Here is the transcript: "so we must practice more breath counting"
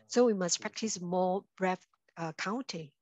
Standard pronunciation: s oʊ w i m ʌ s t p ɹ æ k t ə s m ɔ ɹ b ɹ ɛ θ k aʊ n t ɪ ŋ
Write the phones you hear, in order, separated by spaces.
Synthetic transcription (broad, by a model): s oʊ w i m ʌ s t p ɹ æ k t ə s m ɔ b ɹ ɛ f k aʊ n t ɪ